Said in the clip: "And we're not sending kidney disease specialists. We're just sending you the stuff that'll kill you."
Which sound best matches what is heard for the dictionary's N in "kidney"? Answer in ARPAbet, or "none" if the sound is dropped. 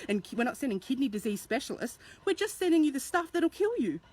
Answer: N